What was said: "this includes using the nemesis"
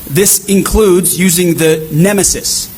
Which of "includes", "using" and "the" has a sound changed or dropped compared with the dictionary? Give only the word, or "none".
none